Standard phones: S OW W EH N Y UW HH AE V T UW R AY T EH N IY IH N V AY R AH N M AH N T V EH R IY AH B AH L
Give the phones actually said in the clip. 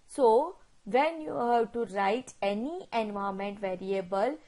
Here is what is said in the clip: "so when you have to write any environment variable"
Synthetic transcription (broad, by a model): S OW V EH N Y UW HH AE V T UW R AY T EH N IY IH N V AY AH M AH N T V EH R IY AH B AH L